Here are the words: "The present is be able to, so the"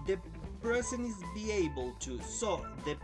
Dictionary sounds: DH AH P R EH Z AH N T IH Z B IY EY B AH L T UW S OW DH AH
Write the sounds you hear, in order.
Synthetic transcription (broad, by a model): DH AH P R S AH N IH Z B IY EY B AH L T UW S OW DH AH